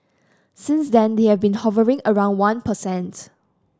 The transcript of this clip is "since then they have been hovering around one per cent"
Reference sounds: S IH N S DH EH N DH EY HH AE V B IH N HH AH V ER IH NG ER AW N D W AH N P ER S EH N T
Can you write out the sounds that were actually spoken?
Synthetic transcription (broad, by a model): S IH N S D EH N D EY HH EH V B IH N HH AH V ER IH NG ER AW N D W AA N P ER S EH N T